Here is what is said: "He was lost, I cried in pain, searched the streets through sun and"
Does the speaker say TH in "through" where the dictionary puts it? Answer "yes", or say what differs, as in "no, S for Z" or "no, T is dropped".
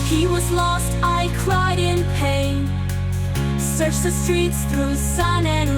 yes